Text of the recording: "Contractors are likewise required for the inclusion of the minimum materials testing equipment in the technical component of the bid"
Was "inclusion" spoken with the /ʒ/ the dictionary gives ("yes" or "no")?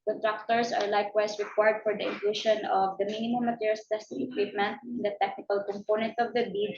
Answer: no